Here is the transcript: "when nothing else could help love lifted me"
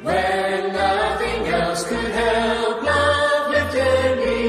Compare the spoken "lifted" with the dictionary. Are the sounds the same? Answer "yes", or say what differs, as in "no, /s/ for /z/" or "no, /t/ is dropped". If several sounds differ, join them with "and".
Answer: no, /f/ is dropped